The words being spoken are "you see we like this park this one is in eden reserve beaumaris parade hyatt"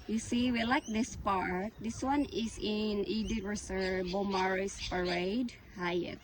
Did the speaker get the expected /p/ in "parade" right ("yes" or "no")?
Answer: yes